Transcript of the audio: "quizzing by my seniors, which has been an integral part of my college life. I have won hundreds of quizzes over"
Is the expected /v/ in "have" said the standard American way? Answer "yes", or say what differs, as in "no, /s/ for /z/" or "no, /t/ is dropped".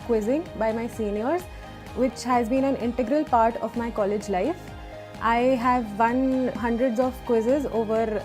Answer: yes